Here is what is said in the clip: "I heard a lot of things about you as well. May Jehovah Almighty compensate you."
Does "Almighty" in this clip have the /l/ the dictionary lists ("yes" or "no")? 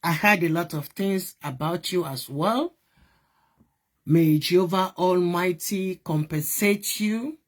yes